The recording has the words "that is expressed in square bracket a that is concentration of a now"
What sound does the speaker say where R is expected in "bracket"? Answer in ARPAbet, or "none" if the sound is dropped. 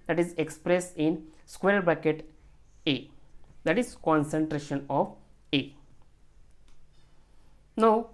none